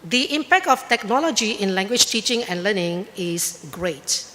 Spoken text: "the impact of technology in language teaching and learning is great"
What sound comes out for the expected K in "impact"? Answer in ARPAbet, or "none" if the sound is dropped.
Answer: K